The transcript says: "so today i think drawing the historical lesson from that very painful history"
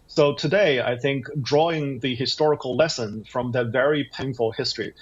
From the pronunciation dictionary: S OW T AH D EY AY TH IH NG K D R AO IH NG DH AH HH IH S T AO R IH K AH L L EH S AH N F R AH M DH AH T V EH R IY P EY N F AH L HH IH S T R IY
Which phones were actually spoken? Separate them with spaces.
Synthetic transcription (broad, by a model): S OW T AH D EY AY TH IH NG K D R AO IH NG DH AH HH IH S T AO R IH K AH L L EH S AH N F R AH M DH AH T V EH R IY P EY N F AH L HH IH S T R IY